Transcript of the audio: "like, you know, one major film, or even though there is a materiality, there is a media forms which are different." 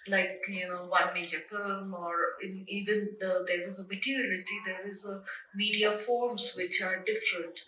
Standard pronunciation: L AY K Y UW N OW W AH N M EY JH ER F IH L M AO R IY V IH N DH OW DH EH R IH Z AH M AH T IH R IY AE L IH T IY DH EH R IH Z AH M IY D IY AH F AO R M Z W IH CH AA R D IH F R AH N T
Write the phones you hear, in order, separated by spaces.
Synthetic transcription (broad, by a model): L AY K Y UW N OW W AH N M EY JH ER F IH L M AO R IY V IH N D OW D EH R IH Z AH M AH T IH R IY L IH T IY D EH R IH Z AH M IY D IY AH F AO R M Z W IH CH AA R D IH F R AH N T